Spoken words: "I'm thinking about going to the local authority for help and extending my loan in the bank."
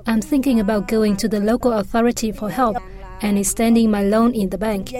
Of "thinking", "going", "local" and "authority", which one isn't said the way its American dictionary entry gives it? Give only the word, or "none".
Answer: none